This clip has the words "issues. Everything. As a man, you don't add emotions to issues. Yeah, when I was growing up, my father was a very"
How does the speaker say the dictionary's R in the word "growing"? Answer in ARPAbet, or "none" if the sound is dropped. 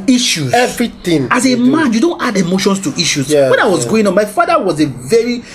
none